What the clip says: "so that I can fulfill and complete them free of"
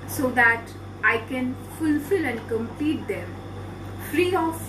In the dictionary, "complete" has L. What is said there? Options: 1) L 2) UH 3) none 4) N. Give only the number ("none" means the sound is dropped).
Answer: 3